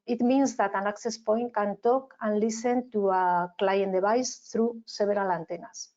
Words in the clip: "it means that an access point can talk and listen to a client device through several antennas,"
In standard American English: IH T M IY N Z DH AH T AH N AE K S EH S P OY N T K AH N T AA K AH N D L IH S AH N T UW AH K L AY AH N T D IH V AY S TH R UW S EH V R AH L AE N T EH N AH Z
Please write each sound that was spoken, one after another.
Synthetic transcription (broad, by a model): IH T M IY N Z DH AH T AH N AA K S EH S P OY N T K AH N T AA K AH N L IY S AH N T UW AH K L AY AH N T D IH B AY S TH R UW S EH B R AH L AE N T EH N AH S